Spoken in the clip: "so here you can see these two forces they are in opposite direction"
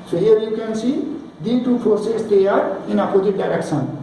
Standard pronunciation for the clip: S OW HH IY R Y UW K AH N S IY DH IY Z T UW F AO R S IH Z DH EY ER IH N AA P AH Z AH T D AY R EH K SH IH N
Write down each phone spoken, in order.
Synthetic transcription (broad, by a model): S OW HH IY R Y UW K AH N S IY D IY T UW P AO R S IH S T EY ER IH N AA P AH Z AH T D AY R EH K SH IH N